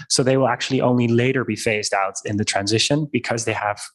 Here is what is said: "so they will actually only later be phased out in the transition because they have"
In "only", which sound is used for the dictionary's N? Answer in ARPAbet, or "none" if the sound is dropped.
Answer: N